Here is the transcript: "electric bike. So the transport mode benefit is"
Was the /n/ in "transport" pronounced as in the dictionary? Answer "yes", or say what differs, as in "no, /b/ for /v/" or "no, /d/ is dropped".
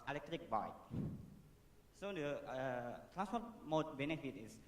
no, /n/ is dropped